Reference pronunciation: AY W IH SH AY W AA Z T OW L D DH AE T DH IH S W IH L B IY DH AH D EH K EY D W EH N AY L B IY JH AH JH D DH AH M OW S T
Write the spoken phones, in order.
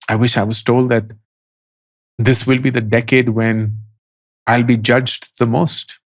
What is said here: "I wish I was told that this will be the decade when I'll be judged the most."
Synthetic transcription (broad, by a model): AY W IH SH AY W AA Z T OW L D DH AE T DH IH S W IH L B IY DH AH D EH K EY D W EH N AY L B IY JH AH JH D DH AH M OW S T